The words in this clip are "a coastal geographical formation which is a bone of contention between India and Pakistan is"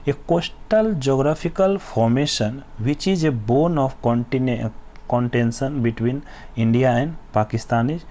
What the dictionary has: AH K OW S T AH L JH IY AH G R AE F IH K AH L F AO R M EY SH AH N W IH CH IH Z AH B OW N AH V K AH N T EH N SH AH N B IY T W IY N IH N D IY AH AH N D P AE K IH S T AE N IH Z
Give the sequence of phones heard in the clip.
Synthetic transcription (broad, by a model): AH K OW S T AH L JH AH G R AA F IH K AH L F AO R M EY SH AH N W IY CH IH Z AH B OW N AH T K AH N T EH N S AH N B IY T W IY N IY N D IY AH AH N D P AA K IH S T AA N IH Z